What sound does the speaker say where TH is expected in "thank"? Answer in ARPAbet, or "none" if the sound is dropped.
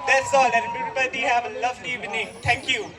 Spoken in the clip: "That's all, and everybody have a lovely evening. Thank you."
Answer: T